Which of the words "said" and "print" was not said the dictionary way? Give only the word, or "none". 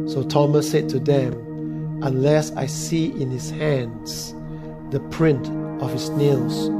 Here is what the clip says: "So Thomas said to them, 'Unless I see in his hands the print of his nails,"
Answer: none